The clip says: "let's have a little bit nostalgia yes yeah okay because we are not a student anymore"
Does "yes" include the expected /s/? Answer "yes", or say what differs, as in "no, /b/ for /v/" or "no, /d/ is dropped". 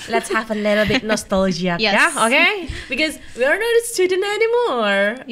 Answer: no, /s/ is dropped